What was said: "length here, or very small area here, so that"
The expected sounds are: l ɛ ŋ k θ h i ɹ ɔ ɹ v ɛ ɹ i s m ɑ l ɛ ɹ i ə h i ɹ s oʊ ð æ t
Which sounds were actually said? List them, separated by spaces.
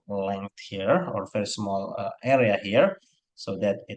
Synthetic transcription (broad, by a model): l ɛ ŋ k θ h i ɹ ɔ ɹ f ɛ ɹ s m ɑ l ɛ ɹ i ə h i ɹ s oʊ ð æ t